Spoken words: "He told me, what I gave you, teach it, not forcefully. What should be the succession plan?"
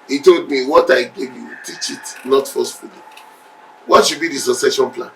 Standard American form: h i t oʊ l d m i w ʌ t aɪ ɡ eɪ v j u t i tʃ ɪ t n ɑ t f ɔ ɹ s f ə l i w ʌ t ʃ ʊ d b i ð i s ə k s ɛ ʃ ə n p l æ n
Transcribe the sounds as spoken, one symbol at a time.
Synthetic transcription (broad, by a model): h i t oʊ l d m i w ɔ t aɪ ɡ eɪ v j u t i tʃ ɪ t n ɑ t f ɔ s f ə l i w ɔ t ʃ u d b i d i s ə s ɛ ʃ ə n p l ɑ n